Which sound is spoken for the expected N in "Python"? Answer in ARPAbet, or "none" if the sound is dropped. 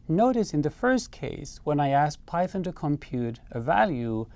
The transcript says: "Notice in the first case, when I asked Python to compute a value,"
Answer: N